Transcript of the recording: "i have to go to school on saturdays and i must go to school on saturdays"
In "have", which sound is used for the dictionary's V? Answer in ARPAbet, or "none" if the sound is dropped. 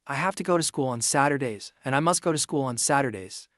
F